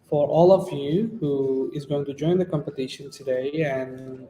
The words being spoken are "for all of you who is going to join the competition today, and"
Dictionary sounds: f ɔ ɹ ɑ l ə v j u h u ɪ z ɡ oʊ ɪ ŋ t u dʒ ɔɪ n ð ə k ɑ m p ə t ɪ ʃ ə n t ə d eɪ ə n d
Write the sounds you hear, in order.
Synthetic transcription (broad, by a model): f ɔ ɹ ɑ l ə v j u h u ɪ z ɡ oʊ ɪ ŋ t u dʒ ɔɪ n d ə k ɑ m p ə t ɪ ʃ ə n t ə d eɪ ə n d